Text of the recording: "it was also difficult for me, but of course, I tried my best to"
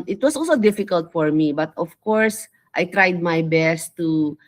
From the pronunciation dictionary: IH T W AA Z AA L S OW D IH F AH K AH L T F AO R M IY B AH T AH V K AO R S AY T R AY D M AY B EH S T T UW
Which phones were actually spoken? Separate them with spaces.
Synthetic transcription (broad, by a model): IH T W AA S AA L S OW D IH F AH K AH L T F AO R M IY B AH T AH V K AO R S AY T R AY D M AY B EH S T T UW